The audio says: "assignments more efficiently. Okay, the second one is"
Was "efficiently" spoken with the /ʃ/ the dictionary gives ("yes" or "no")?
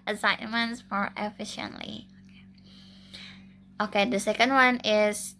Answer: yes